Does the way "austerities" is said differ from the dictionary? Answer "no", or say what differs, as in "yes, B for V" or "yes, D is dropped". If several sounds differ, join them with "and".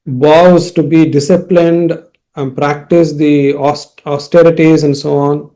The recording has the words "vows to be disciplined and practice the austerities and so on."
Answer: no